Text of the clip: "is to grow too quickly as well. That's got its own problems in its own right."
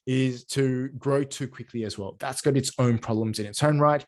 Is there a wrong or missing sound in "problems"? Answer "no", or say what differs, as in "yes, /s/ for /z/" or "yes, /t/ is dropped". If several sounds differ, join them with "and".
no